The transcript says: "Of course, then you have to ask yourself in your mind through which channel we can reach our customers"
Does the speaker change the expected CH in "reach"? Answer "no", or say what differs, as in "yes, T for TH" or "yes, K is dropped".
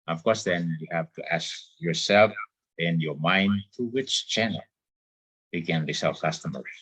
yes, S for CH